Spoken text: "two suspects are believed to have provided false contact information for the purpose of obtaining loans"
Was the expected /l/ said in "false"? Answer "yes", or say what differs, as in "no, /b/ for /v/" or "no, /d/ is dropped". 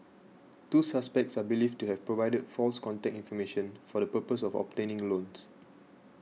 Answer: yes